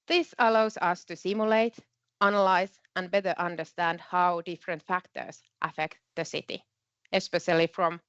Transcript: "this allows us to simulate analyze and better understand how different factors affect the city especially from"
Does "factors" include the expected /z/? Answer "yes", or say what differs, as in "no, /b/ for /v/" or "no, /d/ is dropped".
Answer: no, /s/ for /z/